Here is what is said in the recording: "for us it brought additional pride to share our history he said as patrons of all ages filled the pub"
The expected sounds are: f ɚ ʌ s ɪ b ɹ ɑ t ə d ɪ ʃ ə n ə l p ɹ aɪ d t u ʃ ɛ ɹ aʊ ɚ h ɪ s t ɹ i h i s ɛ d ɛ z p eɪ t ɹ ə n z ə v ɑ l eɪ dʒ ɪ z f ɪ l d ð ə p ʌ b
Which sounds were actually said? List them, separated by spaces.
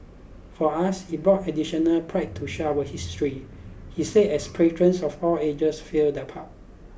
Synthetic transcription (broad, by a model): f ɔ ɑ s ɪ b ɹ ɑ t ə d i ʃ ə n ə l p ɹ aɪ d t u ʃ aʊ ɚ h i s t ɹ i h i s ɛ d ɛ s p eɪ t ɹ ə n s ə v ɑ l eɪ dʒ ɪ s f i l d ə p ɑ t